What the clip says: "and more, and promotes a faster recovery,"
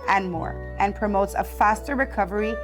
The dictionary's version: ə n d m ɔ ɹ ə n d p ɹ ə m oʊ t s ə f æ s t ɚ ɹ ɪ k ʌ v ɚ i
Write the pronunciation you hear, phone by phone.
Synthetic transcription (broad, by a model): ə n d m ɔ ɹ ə n p ɹ ə m oʊ t s ə f æ s t ɚ ɹ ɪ k ʌ v ɚ i